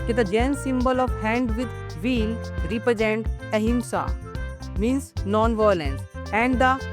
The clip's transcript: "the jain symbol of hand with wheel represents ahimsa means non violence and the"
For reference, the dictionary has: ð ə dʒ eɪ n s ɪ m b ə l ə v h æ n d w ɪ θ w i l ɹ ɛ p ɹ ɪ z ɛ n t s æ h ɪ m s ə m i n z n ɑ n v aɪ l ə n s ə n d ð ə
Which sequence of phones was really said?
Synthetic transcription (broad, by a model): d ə dʒ eɪ n s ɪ m b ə l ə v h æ n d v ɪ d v i l ɹ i p ɹ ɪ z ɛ n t ɛ h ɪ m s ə m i n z n ɑ n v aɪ l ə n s ə n d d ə